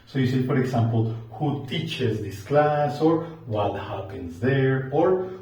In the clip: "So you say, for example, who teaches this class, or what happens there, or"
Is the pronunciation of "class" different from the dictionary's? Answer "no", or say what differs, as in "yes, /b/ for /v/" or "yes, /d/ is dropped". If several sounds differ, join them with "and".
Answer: no